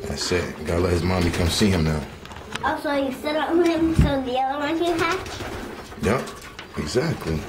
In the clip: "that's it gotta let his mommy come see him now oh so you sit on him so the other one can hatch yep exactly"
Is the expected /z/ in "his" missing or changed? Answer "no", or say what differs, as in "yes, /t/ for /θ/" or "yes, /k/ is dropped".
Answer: no